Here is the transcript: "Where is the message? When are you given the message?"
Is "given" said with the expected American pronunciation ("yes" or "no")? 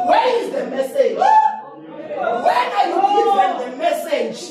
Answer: no